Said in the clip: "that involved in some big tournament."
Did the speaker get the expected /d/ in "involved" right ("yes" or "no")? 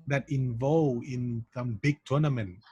no